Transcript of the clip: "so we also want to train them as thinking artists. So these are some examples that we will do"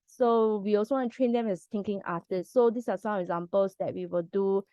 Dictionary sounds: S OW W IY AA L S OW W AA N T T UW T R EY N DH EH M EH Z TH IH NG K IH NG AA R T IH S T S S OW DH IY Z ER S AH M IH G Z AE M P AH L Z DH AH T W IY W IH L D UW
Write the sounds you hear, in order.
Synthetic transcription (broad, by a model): S OW W IY AA L S OW W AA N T T UW T R EY N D EH M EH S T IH NG K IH NG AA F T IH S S S OW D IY S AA S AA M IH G Z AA M P AH L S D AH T W IY W IH L D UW